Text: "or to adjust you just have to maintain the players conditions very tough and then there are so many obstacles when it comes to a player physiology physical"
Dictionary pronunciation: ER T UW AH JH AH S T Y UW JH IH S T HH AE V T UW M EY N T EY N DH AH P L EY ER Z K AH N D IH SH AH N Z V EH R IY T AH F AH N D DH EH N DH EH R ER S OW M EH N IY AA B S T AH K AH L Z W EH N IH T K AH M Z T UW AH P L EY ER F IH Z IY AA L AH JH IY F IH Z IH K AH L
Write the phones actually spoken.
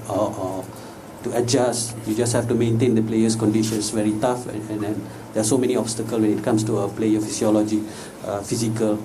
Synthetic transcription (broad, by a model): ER T UW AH JH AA S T Y UW JH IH S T HH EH F T UW M EY N T EY N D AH P L EY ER S K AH N D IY SH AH N S V EH R IY T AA F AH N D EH N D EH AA S OW M EH N IY AA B S T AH K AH L W EH N IH T K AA M S T UW AH P L EY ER F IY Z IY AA L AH JH IY F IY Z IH K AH L